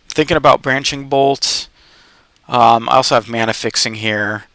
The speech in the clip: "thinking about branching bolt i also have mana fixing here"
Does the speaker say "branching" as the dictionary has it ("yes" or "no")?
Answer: yes